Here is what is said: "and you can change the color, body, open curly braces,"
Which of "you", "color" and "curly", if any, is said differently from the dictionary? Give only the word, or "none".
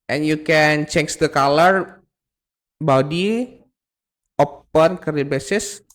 curly